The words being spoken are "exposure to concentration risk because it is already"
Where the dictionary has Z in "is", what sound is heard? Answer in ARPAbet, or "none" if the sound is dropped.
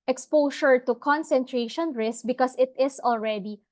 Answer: S